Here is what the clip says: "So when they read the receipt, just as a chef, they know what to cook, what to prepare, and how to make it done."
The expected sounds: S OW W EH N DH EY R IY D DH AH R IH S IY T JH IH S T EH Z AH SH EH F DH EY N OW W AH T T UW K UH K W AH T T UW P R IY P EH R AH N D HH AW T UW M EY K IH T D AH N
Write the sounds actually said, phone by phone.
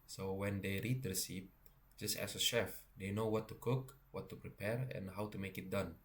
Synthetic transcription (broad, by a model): S OW W EH N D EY R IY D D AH S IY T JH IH S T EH S AH SH EH F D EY N OW W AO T T UW K UH K W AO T T UW P R IY P EH R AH N HH AW T UW M EY K IH T D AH N